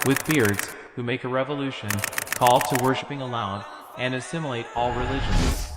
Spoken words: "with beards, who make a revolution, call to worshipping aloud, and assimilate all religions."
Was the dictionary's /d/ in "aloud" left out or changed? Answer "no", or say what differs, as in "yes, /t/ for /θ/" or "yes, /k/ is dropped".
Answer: yes, /d/ is dropped